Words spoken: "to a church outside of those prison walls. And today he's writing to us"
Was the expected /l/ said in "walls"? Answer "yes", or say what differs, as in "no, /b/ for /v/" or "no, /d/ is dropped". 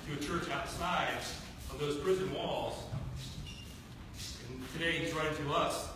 yes